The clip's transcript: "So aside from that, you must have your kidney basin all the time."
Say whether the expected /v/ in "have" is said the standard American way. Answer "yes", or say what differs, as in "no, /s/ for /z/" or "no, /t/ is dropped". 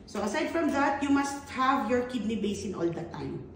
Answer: yes